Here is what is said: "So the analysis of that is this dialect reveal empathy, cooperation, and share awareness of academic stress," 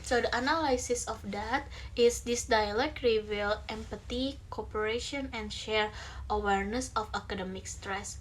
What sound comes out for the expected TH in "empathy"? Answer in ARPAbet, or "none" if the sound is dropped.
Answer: T